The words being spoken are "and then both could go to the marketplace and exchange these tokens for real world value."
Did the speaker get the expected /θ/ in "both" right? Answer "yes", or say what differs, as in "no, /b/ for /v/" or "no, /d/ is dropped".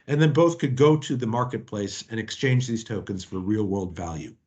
yes